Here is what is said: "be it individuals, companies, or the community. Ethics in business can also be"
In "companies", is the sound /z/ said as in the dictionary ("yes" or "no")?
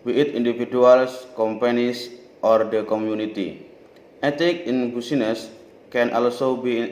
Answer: no